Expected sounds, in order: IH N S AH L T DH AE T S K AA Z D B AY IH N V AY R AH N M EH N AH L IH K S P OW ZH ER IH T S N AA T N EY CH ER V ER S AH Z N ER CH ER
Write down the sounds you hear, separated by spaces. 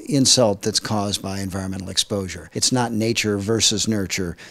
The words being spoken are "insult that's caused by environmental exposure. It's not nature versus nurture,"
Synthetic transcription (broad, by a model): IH N S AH L T DH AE T S K AA Z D B AY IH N V AY R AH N M EH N L IH K S P OW ZH ER IH T S N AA T N EY CH ER V ER S AH Z N ER CH ER